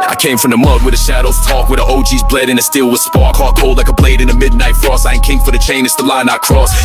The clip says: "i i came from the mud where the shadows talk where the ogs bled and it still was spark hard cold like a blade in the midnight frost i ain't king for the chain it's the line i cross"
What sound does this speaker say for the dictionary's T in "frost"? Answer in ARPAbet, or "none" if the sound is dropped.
none